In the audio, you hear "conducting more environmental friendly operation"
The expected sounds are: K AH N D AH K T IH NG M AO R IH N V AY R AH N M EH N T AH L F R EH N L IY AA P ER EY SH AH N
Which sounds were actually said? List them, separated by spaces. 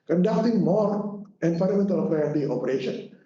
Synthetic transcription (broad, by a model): K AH N D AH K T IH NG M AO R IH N P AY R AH M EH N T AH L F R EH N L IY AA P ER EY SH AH N